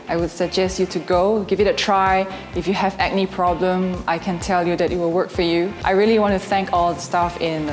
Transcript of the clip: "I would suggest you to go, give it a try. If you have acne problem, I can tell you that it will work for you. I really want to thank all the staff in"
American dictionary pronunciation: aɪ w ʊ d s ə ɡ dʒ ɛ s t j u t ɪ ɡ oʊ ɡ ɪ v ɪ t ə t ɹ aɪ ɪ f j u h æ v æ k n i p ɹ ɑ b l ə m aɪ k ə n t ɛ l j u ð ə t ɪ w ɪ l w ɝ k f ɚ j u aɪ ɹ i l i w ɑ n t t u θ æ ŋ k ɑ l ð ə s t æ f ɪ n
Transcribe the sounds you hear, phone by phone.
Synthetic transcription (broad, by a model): aɪ w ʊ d s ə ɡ dʒ ɛ s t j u t ɪ ɡ oʊ ɡ ɪ v ɪ t ə t ɹ aɪ ɪ f j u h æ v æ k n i p ɹ ɑ b l ə m aɪ k ə n t ɛ l j u ð ə t ɪ w ɪ l w ɝ k f ɚ j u aɪ ɹ i l i w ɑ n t t u θ æ ŋ k ɑ l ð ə s t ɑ f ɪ n